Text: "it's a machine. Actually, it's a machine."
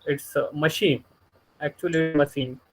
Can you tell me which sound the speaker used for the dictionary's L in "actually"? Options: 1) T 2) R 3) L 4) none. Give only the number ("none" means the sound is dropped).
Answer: 4